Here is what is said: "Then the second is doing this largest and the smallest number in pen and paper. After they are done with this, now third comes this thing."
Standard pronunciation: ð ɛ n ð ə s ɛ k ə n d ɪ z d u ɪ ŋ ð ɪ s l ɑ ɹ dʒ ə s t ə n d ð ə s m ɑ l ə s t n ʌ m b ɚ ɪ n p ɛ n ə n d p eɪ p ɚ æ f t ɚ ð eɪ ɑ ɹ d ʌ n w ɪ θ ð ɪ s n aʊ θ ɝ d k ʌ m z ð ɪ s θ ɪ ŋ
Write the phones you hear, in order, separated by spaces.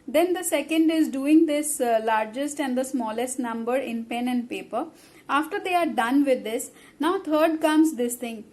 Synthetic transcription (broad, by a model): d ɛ n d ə s ɛ k ə n d ɪ z d u ɪ ŋ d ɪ s l ɑ ɹ dʒ ə s t ə n d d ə s m ɑ l ə s t n ʌ m b ɚ ɪ n p ɛ n ə n d p eɪ p ɚ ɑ f t ɚ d eɪ ɑ ɹ d ʌ n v ɪ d ɪ s n aʊ t ɝ d k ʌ m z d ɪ s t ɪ ŋ